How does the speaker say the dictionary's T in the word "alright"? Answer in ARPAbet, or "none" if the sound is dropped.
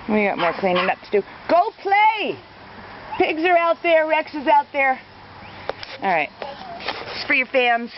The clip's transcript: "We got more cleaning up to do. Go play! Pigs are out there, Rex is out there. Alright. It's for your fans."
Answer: none